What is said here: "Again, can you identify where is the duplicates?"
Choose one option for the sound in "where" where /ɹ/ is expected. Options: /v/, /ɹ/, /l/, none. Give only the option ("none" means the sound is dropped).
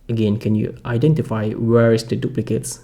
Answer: /ɹ/